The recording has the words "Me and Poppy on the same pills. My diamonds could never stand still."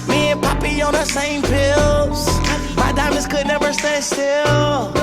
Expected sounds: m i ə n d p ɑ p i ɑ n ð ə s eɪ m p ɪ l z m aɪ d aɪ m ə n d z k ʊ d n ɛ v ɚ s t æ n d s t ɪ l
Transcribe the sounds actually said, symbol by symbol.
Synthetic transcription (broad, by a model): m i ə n p ɑ p i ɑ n ð ə s eɪ m p ɪ l z m aɪ d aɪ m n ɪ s k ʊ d n ɛ v ɚ s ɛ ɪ s t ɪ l